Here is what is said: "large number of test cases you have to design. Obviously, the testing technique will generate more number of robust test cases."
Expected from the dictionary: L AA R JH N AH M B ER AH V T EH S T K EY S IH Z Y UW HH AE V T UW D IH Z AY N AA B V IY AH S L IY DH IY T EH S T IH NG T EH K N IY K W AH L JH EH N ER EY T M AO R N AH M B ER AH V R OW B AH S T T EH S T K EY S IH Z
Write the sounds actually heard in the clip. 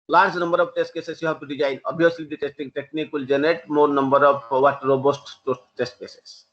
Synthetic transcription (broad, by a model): L AA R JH N AH M B ER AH B T EH S T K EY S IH S Y UW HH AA B T UW D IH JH AY N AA B IY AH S L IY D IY T EH S T IH NG T EH K N IY K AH L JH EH N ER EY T M AO R N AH M B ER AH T R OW B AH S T T EH S T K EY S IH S